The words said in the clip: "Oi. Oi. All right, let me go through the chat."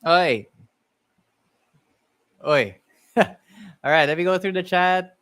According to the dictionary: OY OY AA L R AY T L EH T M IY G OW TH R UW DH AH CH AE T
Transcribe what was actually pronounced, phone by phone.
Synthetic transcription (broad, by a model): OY OY AA L R AY T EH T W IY G OW TH R UW DH AH CH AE T